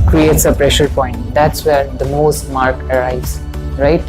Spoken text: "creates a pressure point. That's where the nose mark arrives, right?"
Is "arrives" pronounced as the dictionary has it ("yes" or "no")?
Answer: no